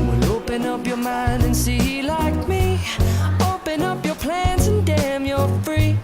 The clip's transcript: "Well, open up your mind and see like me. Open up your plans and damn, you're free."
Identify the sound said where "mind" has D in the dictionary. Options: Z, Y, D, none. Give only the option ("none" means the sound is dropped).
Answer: D